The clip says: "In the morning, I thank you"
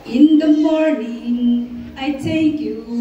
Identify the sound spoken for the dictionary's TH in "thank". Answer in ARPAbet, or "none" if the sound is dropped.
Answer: T